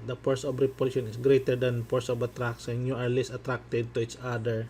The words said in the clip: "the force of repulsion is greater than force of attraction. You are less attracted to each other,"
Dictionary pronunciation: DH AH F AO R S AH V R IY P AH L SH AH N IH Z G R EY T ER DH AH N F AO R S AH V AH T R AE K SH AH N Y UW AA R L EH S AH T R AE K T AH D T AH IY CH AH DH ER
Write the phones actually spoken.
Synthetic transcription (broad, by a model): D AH P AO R S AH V R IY P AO SH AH N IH S G R EY T ER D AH N P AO R S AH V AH T R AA K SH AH N Y UW AA R L EH S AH T R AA K T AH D T AH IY CH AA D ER